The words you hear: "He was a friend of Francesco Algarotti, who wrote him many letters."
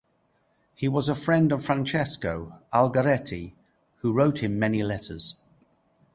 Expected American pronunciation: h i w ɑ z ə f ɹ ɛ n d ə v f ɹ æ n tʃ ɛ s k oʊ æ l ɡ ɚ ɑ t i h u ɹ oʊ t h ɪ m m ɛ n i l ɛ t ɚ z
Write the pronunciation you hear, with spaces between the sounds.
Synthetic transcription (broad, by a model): h i w ɑ z ə f ɹ ɛ n d ə v f ɹ æ n tʃ ɛ s k oʊ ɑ l ɡ ɚ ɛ t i h u ɹ oʊ t h ɪ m m ɛ n i l ɛ t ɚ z